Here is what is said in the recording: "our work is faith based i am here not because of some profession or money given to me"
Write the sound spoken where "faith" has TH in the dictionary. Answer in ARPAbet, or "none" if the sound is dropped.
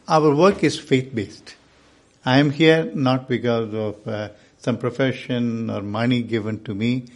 T